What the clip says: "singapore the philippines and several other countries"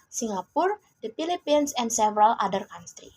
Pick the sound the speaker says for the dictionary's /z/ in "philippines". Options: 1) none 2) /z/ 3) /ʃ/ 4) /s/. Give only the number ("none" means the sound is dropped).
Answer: 4